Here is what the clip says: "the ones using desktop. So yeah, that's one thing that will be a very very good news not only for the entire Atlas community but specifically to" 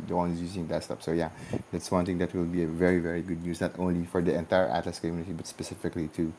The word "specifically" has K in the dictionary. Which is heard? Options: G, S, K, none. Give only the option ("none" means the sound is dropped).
K